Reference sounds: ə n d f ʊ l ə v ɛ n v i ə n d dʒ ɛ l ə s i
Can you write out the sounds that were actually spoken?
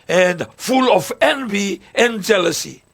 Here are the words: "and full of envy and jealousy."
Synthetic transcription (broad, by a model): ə n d f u l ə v ɛ n v i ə n dʒ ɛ l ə s i